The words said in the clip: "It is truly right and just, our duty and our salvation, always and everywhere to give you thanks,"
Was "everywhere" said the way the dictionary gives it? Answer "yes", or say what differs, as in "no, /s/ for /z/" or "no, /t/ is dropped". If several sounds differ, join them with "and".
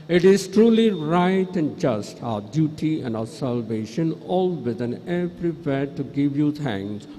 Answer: no, /p/ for /v/